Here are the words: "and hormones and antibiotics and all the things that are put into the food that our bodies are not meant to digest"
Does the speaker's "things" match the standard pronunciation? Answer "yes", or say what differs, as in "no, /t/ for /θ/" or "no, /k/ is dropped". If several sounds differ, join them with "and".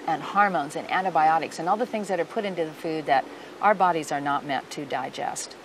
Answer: yes